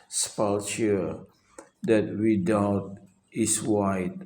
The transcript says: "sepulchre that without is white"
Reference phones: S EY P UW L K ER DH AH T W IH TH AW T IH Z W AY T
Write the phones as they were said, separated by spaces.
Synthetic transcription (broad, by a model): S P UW L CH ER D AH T W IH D AW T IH S W AY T